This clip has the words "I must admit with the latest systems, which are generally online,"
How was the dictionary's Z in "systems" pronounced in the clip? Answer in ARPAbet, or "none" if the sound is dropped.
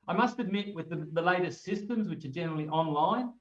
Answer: Z